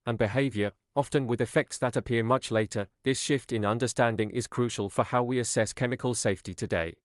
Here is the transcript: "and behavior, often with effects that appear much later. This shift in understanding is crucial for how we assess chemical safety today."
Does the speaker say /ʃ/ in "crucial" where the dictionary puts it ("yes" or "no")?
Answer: yes